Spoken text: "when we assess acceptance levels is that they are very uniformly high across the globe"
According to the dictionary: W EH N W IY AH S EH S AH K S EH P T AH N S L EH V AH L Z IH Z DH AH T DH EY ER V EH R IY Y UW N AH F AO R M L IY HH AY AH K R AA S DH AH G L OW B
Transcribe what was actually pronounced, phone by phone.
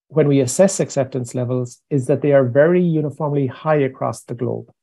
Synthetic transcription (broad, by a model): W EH N W IY AH S EH S AH K S EH P T AH N S L EH V AH L Z IH Z DH AH T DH EY ER V EH R IY Y UW N AH F AO R M L IY HH AY AH K R AA S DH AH G L OW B